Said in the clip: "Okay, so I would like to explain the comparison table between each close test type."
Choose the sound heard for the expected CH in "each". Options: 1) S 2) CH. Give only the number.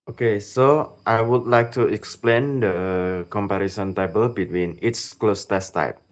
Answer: 1